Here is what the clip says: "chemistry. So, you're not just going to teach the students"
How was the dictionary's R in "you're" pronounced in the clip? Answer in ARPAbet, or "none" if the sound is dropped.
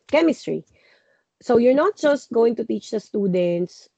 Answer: R